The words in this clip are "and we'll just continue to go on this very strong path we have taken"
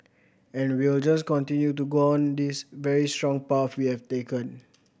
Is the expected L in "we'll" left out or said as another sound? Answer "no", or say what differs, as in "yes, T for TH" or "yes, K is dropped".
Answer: no